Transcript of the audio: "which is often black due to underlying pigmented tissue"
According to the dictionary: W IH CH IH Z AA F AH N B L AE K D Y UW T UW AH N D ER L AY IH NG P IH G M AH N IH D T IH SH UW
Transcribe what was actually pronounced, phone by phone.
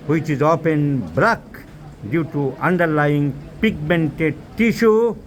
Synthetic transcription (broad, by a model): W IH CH IH Z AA P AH N B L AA K D Y UW T UW AH N D ER L AY IH NG P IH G M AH N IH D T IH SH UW